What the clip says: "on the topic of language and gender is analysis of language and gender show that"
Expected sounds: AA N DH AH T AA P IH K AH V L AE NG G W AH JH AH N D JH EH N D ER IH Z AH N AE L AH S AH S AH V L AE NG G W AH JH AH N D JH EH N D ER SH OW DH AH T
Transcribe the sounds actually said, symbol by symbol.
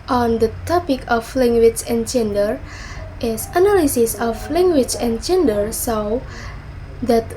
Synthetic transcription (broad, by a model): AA N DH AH T AA P IH K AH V L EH NG G W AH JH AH N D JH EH N D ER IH S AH N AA L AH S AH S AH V L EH NG G W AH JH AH N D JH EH N D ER S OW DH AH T